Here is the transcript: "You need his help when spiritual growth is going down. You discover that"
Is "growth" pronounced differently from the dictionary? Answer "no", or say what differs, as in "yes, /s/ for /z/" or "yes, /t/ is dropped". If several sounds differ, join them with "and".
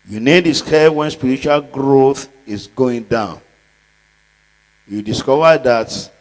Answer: no